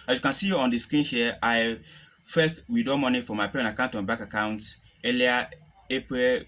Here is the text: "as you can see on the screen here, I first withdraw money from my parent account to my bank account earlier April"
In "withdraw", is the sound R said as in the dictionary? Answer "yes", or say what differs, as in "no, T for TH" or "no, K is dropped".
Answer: no, R is dropped